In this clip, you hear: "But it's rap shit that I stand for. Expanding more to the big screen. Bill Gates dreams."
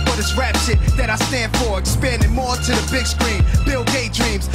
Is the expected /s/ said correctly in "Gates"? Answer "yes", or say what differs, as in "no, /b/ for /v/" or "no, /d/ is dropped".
no, /s/ is dropped